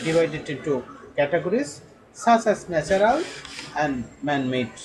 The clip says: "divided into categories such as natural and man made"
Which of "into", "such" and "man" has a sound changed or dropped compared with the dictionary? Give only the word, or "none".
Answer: such